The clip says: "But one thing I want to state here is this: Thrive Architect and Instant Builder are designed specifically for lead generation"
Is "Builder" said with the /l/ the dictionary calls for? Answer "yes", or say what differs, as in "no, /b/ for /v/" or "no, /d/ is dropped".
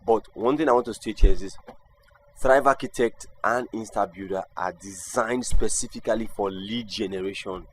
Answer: no, /l/ is dropped